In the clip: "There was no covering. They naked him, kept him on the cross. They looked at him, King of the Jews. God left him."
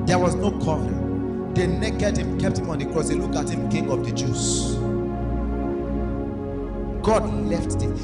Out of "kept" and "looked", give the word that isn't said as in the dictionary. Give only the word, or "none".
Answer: looked